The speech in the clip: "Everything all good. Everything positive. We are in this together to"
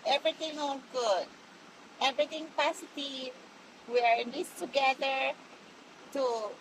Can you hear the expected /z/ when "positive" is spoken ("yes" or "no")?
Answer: no